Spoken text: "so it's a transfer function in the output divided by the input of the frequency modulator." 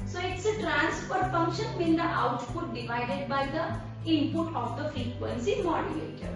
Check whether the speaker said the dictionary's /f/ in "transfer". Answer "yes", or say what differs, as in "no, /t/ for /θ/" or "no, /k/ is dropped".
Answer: no, /p/ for /f/